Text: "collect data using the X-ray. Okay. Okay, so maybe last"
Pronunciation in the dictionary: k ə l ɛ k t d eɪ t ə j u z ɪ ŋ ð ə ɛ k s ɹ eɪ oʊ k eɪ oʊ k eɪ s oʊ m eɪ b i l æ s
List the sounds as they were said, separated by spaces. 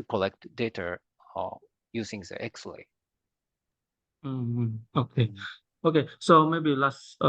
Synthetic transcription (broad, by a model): k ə l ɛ k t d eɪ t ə j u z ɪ ŋ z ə ɛ k s l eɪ oʊ k eɪ oʊ k eɪ s oʊ m eɪ b i l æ s